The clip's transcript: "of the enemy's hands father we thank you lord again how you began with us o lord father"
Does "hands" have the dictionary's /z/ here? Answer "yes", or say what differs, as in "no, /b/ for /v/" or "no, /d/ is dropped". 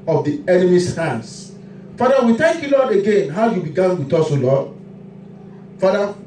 no, /s/ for /z/